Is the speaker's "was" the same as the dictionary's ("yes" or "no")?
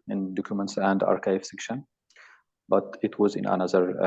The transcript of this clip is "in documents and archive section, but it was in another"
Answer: yes